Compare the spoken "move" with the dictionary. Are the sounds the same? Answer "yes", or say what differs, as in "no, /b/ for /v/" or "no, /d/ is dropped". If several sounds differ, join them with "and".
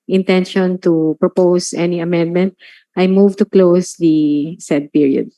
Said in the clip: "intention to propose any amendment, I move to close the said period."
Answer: yes